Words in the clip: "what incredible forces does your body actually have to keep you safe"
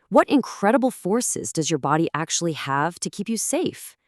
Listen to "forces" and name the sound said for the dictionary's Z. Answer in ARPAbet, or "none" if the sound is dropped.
Z